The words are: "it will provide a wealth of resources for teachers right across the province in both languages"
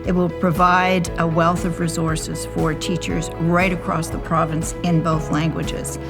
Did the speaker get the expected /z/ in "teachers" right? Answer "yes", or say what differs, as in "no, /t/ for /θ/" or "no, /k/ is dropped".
yes